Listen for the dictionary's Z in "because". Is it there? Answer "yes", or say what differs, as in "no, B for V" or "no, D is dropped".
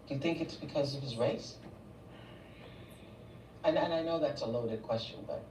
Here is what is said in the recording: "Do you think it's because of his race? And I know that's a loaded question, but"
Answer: yes